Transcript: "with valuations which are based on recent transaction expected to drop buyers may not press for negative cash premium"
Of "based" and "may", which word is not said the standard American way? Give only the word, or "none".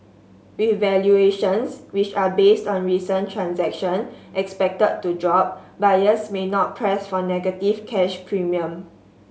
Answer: none